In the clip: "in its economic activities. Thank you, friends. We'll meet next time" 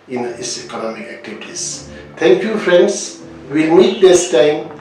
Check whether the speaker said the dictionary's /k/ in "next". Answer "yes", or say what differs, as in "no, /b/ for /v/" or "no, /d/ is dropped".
no, /k/ is dropped